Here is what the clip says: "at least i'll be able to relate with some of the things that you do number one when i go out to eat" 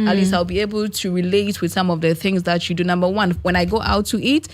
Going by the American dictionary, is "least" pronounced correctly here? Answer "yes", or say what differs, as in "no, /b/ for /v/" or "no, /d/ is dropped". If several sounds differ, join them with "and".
no, /t/ is dropped